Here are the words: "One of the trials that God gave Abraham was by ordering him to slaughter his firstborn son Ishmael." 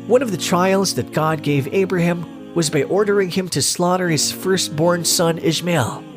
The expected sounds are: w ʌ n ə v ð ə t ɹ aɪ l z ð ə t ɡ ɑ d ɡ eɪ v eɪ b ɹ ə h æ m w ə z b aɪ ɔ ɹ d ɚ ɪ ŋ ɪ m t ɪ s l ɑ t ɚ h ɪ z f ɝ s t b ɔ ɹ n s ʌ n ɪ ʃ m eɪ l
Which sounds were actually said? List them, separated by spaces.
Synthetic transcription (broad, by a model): w ʌ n ə v ð ə t ɹ aɪ l z ð ə t ɡ ɑ d ɡ eɪ v eɪ b ɹ ə h æ m w ə z b aɪ ɔ ɹ d ɚ ɪ ŋ ɪ m t ɪ s l ɑ t ɚ h ɪ z f ɝ s t b ɔ ɹ n s ʌ n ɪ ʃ m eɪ l